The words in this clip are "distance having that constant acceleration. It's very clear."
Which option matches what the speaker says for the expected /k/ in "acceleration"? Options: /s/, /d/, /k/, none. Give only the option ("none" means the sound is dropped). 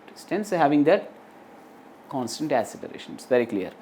none